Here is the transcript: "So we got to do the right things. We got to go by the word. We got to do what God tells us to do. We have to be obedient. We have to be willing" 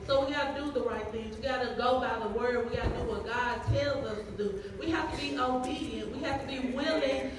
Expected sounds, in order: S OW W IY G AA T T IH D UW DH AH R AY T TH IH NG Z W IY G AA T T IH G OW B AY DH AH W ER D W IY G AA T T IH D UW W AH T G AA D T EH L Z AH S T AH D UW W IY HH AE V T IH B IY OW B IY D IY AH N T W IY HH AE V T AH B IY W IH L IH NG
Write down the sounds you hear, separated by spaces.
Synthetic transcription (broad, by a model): S OW W IY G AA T T IH D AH DH AH R AY T TH IH NG Z W IY G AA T T IH G OW B AY DH AH W ER D W IY G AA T T IH D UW W AH T G AA D T EH L Z AH S T AH D UW W IY HH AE F T IH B IY OW B IY D IY AH N T W IY HH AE F T AH B IY W IH L IH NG